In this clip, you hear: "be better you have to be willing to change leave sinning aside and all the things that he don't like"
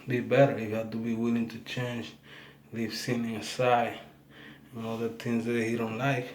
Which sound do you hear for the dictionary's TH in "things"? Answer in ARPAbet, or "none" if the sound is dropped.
T